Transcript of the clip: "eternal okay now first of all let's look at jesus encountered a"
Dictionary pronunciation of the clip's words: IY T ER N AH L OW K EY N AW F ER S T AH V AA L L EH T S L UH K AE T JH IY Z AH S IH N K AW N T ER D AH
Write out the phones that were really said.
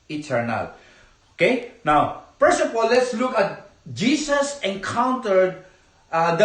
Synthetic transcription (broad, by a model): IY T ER N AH L OW K EY N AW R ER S AH P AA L L EH T S L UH K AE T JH IY S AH S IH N K AW N T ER D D